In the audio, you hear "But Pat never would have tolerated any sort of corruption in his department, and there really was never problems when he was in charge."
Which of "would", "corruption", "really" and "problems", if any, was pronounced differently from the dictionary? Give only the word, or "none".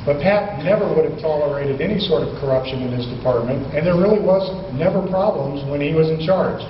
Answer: none